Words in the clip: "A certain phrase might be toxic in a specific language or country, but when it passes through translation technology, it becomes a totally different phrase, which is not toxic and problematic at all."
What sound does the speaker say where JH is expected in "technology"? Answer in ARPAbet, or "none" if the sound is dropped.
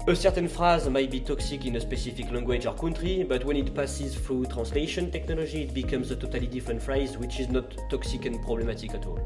ZH